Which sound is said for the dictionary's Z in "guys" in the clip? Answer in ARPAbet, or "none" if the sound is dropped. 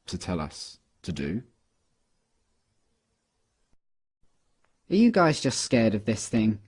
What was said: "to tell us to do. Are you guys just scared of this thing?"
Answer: Z